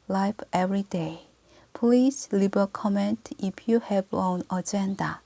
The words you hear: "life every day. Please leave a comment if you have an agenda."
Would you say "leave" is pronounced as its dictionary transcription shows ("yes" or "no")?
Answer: no